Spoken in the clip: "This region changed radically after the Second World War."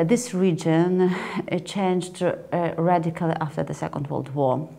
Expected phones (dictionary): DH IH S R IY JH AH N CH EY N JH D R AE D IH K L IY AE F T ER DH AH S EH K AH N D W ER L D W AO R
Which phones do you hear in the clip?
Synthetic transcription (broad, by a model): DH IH S R IY JH AH N CH EY N JH D R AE D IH K L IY AE F T ER DH AH S EH K AH N D W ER L D W AO R